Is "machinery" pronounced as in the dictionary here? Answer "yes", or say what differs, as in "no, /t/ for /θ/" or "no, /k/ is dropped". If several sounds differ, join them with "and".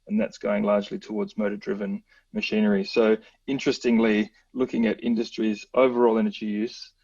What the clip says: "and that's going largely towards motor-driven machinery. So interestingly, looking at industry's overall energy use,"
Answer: yes